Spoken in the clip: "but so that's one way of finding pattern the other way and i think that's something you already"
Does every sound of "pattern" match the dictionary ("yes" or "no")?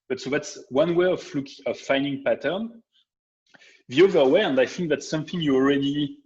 yes